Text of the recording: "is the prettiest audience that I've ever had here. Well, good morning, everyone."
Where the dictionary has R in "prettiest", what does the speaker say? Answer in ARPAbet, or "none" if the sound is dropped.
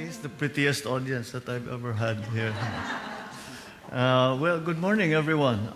R